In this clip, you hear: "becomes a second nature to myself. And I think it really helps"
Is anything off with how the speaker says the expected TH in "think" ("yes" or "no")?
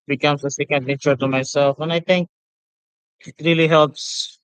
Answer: yes